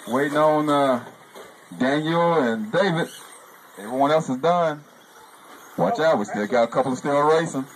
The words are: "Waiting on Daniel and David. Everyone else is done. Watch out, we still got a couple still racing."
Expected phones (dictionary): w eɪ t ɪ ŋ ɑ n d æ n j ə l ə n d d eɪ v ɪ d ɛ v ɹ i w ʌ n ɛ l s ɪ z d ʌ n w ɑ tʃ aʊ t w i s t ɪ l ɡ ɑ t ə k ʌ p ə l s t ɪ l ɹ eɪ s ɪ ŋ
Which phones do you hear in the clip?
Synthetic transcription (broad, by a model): w eɪ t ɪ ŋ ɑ n d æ n j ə l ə n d d eɪ v ɪ d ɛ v ɹ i w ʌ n ɛ l s ɪ z d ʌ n w ɑ tʃ aʊ t w i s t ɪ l ɡ ɑ t ə k ʌ p ə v s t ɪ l ɹ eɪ s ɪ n